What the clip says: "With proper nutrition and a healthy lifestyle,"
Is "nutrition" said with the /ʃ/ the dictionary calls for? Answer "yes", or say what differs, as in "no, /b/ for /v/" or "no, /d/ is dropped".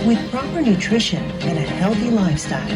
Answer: yes